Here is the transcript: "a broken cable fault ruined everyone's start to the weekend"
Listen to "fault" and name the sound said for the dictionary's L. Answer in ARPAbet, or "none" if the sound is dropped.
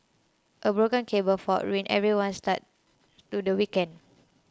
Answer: none